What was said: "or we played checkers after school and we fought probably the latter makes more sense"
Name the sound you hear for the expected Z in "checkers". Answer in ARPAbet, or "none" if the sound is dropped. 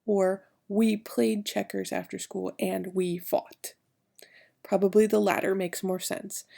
Z